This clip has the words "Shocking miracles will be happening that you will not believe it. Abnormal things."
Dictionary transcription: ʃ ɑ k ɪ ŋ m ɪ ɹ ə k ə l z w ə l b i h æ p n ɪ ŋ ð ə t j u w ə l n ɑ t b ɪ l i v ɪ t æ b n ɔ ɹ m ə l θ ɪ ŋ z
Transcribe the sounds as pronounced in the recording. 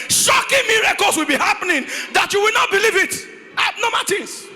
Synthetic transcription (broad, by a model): ʃ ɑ k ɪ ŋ m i ɹ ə k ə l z w ə l b i h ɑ p n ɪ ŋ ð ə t j u w ə l n ɑ t b ɪ l i v ɪ t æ n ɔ m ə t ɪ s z